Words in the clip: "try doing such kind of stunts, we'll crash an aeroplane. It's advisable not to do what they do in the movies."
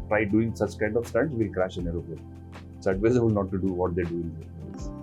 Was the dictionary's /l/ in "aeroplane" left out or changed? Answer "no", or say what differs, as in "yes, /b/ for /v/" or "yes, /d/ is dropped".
yes, /l/ is dropped